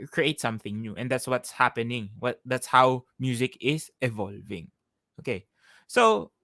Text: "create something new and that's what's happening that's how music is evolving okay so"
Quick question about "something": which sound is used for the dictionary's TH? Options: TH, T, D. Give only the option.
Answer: TH